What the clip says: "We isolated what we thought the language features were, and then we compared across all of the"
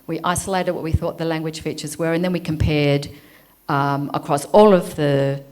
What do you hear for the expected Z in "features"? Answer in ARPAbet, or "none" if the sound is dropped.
Z